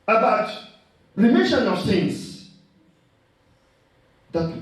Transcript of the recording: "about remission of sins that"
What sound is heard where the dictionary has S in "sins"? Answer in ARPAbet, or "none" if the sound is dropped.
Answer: TH